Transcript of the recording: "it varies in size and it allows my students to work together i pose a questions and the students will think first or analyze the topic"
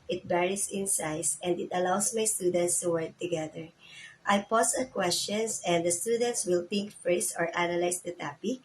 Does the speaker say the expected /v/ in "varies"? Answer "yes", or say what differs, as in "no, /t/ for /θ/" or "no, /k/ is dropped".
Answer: no, /b/ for /v/